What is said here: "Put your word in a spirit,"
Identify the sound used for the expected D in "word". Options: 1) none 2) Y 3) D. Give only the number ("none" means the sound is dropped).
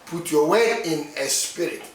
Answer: 1